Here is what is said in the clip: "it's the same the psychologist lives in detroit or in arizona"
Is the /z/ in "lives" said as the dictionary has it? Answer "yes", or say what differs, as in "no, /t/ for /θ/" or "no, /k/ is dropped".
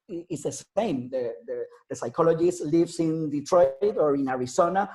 no, /s/ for /z/